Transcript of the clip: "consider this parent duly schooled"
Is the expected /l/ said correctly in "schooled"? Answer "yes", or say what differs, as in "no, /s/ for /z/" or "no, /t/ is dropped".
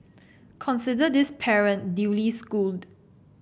yes